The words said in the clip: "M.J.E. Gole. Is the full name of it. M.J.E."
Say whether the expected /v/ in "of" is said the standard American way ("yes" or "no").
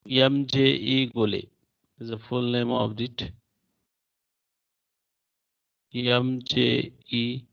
no